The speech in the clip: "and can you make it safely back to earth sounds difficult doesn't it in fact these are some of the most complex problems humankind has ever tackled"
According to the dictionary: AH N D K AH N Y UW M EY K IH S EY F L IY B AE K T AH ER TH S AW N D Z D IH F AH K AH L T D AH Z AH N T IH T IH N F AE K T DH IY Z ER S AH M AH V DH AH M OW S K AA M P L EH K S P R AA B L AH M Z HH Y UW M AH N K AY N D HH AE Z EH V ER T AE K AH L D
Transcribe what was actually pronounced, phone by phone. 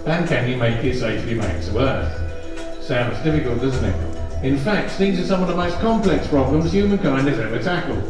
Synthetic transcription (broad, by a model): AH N K AH N Y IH M EY K IH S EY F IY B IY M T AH ER TH S AW N D Z D IH F AH K AH L T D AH Z N T IH T IH N F AE K T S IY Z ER S AH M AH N DH AH M OW S K AA M P L EH K S P R AA B L AH M Z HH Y UW M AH N K AY N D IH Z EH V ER T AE K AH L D